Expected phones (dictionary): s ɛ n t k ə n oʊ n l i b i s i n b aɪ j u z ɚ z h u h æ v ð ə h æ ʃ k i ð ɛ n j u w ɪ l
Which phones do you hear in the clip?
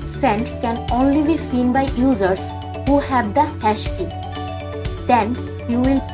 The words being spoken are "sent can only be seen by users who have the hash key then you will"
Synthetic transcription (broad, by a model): s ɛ n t k ə n oʊ n l i b i s i n b aɪ j u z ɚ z h u h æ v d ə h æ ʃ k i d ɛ n j u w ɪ l